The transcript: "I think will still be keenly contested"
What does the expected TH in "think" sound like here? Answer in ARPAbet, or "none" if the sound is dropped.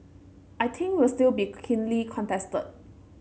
T